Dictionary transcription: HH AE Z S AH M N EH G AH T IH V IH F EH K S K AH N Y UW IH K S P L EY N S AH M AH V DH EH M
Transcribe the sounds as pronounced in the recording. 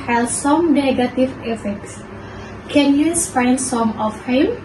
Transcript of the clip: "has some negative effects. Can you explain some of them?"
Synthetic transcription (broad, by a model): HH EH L S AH M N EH G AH T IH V IH F EH K S K AH N Y UW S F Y N S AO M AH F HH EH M